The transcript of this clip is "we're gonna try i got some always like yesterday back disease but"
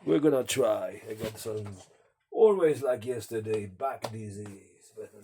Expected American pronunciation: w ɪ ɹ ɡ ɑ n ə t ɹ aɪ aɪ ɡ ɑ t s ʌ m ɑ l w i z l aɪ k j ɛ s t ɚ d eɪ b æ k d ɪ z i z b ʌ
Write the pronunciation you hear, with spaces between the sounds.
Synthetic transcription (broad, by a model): w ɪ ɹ ɡ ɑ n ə t ɹ aɪ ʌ ɡ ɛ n s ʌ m ɑ l w i z l aɪ k j ɛ s t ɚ d eɪ b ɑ k d ɪ z i z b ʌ